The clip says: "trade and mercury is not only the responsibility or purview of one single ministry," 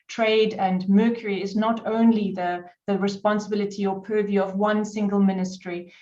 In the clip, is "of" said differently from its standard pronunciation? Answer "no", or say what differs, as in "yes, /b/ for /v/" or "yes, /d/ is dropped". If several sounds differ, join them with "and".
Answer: no